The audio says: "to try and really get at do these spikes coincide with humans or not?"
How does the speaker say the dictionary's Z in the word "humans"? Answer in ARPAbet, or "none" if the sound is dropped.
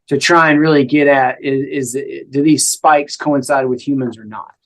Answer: Z